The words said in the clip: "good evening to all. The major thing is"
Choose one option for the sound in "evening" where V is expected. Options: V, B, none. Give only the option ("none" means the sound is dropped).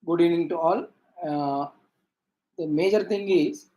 none